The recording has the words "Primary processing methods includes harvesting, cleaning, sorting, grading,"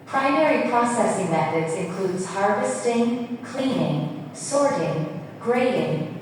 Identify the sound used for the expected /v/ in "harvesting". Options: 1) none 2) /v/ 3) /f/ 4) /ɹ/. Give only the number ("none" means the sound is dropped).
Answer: 2